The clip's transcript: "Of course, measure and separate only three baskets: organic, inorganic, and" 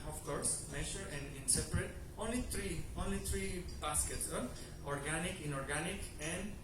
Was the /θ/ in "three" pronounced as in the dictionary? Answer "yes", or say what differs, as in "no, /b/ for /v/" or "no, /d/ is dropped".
no, /t/ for /θ/